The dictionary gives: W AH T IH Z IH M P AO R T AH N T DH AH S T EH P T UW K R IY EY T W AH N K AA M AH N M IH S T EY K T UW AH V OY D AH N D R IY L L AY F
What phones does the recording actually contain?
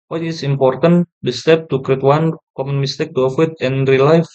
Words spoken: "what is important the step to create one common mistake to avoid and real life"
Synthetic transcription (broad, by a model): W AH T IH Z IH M P AO R T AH N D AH S T EH P T UW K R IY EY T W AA N K AA M AH N M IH S T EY K T UW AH F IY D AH N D R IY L L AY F